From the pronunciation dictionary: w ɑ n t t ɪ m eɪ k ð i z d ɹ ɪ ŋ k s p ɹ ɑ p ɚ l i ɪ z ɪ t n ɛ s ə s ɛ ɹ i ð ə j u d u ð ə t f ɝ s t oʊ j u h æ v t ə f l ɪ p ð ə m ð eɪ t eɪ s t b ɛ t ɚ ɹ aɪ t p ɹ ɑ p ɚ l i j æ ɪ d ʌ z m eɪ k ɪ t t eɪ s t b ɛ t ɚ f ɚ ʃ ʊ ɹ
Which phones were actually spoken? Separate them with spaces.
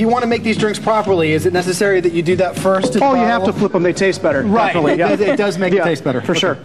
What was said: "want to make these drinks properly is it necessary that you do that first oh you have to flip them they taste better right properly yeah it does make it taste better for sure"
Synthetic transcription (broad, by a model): w ɑ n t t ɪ m eɪ k ð i z d ɹ ɪ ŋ k s p ɹ ɑ p ɚ l i ɪ z ɪ t n ɛ s ə s ɛ ɹ i ð ə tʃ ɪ d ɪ ð ə t f ɝ s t oʊ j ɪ h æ t ə f l ɪ p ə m ð eɪ t eɪ s t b ɛ t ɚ ɹ ɹ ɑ ɪ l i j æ ɪ d ʌ z m eɪ ɪ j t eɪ s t b ɛ t ɚ f ɚ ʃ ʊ ɹ